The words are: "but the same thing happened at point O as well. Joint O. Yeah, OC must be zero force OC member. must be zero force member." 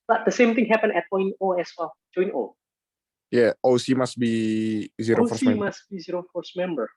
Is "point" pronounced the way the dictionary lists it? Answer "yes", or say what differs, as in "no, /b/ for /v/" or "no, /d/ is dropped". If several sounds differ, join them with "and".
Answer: no, /t/ is dropped